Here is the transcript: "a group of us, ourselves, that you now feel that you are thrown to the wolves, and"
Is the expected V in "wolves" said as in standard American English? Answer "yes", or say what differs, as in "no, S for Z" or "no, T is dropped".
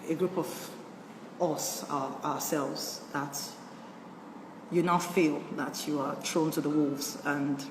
yes